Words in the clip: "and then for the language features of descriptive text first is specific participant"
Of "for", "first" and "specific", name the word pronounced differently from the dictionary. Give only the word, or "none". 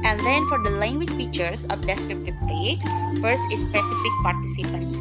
none